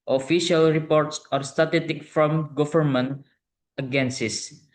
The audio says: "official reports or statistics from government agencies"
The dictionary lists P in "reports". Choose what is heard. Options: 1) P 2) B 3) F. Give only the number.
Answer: 1